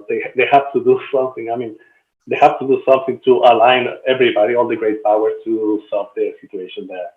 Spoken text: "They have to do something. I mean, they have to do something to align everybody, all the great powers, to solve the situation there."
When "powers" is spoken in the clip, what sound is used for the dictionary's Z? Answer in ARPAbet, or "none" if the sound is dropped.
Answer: none